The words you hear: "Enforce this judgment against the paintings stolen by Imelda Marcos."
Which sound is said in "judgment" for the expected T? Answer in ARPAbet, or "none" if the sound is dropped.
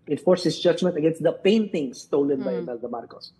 T